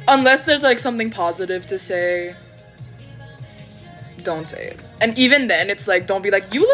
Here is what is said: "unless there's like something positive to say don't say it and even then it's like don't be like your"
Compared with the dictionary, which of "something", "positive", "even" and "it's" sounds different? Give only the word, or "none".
none